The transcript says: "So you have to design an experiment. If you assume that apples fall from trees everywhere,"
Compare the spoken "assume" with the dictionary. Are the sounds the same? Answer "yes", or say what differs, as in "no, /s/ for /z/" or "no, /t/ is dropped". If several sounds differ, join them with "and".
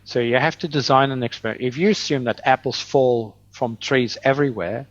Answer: yes